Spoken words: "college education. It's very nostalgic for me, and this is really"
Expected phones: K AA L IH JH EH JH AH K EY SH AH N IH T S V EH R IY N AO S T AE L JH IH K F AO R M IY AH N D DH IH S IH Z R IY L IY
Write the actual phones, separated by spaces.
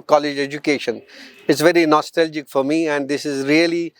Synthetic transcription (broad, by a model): K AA L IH JH EH JH AH K EY SH AH N IH T S V EH R IY N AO S T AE L JH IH K F AO R M IY AH N D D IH S IH Z R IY L IY